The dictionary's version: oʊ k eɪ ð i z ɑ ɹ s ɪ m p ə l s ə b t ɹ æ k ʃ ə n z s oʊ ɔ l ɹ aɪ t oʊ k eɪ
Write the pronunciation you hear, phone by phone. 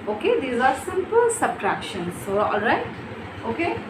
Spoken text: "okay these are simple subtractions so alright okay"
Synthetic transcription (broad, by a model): oʊ k eɪ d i z ɑ ɹ s ɪ m p ə l s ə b t ɹ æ k ʃ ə n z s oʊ ɔ l ɹ aɪ t oʊ k eɪ